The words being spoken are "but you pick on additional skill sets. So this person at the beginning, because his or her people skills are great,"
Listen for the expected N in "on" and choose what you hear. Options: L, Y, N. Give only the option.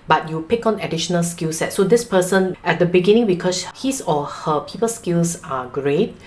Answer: N